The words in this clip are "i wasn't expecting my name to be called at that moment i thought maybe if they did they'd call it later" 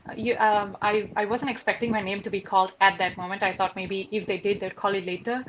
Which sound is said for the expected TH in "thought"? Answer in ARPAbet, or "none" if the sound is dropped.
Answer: T